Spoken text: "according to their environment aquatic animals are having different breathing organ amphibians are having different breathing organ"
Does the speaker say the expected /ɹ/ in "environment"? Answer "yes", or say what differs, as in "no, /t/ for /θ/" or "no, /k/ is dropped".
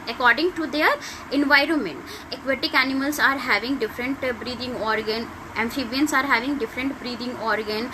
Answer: yes